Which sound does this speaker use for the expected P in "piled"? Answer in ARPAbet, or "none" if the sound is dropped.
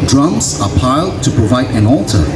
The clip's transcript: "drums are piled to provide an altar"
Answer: P